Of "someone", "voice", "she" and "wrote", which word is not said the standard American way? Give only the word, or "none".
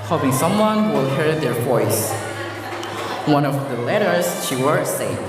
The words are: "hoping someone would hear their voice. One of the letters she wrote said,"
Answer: wrote